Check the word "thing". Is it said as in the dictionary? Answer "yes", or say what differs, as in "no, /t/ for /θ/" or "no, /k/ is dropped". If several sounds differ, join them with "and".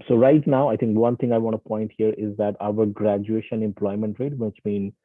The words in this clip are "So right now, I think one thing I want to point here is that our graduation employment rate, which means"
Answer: no, /t/ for /θ/